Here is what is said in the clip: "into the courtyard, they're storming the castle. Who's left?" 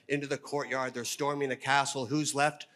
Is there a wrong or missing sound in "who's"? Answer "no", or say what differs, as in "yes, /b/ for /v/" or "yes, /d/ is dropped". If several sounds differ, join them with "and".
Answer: no